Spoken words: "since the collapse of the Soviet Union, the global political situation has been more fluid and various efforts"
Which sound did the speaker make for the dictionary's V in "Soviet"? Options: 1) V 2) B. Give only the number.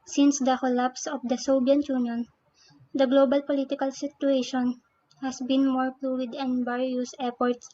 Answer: 2